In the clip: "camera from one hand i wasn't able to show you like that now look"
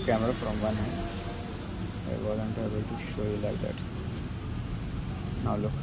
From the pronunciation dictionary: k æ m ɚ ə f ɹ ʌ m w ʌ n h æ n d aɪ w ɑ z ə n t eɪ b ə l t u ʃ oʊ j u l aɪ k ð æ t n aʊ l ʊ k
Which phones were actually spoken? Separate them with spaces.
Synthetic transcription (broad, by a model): k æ m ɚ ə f ɹ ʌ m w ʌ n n aɪ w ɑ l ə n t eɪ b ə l t u ʃ oʊ j u l aɪ k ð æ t n aʊ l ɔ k